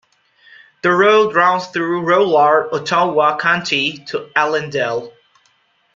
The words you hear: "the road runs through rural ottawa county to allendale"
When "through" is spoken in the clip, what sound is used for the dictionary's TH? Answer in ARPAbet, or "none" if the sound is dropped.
TH